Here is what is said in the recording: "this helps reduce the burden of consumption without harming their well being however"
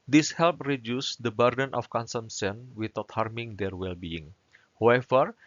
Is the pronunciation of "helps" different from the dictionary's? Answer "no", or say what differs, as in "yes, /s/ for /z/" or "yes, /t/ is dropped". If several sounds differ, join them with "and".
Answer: yes, /s/ is dropped